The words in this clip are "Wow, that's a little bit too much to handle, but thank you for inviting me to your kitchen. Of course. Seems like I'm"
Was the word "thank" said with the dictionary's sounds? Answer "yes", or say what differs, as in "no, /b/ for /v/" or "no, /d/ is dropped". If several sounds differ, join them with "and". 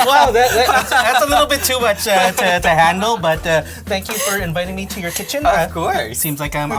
yes